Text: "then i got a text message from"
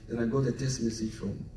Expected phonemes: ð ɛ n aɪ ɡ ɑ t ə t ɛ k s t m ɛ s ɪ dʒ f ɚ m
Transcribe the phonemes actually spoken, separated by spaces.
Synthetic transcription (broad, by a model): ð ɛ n aɪ ɡ ɑ t ə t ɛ s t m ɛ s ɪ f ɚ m